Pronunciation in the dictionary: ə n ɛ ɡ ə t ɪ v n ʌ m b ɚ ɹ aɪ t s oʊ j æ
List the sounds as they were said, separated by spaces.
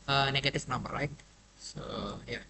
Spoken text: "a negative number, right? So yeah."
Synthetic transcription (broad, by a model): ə n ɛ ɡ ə t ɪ f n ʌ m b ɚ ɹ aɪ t s oʊ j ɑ